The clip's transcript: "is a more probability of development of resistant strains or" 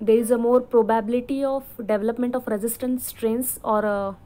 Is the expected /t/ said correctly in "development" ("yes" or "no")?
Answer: yes